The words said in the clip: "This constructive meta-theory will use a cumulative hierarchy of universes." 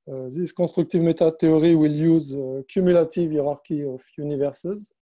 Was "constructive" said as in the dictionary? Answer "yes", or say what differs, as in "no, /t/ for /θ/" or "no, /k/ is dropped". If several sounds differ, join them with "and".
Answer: no, /n/ is dropped